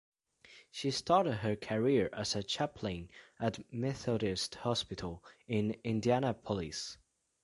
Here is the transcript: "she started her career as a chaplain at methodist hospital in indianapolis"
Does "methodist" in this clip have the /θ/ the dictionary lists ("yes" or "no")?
yes